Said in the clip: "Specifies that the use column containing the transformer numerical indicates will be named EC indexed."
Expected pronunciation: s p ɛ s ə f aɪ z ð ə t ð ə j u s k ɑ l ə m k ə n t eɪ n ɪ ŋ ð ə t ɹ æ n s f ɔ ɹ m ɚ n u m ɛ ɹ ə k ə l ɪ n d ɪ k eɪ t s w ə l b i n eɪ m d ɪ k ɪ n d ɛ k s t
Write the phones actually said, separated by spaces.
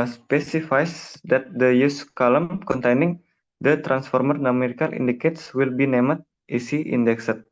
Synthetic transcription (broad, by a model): s p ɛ s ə f aɪ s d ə t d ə j u s k ɑ l ə m k ə n t eɪ n ɪ ŋ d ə t ɹ æ n s f ɔ ɹ m ɚ n u m ɛ ɹ ə k ə l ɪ n d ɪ k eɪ t s w ə l b i n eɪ m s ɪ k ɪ n d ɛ k s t